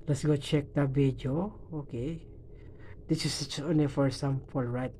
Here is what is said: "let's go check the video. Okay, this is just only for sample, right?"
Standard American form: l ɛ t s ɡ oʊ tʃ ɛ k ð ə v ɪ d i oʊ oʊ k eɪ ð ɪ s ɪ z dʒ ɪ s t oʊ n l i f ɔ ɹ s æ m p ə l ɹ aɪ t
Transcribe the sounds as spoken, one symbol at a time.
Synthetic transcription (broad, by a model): l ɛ t s ɡ oʊ tʃ ɛ k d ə b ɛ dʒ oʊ oʊ k eɪ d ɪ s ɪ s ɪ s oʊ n i f ɔ ɹ s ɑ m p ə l ɹ aɪ t